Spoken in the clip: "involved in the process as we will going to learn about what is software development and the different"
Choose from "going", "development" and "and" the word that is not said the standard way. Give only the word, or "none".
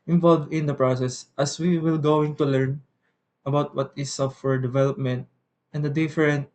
none